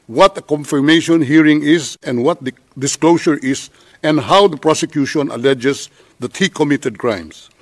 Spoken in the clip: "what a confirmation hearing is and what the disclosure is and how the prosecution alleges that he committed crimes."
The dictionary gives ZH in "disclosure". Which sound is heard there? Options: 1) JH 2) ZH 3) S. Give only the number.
3